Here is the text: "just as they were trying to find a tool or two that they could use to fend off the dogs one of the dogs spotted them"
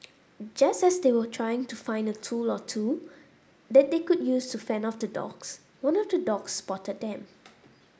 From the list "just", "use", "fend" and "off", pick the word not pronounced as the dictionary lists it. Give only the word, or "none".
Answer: fend